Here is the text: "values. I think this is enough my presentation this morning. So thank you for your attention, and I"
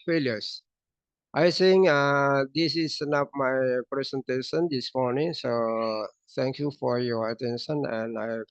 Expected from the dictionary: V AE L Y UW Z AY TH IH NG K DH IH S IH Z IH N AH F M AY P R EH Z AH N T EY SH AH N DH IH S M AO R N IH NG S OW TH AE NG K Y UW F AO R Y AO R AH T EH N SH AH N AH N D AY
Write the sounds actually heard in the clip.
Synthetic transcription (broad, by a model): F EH L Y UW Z AY S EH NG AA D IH S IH S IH N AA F M AY P R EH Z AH N T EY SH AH N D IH S M AO R N IH NG S OW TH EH NG K Y UW F AO R Y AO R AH T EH N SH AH N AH N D AY